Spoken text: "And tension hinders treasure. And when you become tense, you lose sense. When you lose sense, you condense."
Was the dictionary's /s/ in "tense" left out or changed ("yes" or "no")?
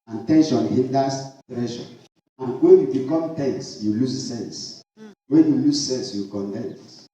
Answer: no